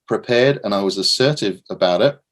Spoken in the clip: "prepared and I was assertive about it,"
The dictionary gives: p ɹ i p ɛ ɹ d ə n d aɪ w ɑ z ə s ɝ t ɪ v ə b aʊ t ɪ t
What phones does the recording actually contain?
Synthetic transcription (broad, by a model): p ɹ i p ɛ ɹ d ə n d aɪ w ɑ z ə s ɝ t ɪ v ə b aʊ t ɪ t